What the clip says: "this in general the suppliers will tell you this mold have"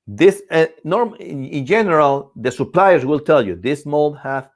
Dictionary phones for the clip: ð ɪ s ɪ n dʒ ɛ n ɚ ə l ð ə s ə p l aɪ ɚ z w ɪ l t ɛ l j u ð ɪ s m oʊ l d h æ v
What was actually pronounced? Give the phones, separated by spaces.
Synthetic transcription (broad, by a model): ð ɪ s ɪ n dʒ ɛ n ɚ ə l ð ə s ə p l aɪ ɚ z w ɪ l t ɛ l j u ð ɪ s m oʊ l d h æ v